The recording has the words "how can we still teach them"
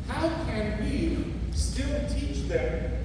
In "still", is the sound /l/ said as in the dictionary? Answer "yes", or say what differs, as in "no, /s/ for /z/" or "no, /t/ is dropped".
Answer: no, /n/ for /l/